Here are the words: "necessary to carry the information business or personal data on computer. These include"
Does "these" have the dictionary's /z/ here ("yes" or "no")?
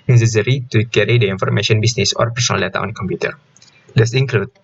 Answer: no